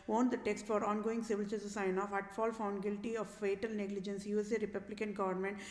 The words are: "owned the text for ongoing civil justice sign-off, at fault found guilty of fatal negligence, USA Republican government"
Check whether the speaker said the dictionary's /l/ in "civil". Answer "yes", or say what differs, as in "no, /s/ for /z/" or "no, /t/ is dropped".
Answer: yes